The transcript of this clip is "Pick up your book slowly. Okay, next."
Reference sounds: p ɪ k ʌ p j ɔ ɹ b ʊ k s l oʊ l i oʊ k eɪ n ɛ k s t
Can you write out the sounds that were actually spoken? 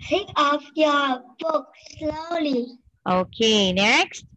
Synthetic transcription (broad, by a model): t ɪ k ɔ f j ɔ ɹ b ʊ k s l oʊ l i oʊ k eɪ n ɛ k s t